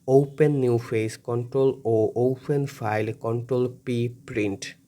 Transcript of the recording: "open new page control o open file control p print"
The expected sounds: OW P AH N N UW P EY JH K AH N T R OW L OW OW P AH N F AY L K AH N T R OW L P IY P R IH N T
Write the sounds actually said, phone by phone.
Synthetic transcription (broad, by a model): OW P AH N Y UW F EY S K AH N T R OW L OW OW P AH N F AY L K AH N T R OW L P IY P R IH N T